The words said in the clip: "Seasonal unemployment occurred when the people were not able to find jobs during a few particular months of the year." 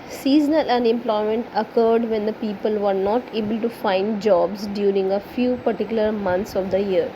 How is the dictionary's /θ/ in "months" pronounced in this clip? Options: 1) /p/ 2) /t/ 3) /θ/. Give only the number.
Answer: 2